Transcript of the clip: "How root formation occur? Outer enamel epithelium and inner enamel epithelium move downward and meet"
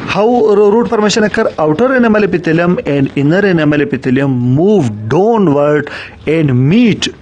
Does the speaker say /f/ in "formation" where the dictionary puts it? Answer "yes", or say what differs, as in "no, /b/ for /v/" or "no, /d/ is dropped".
no, /p/ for /f/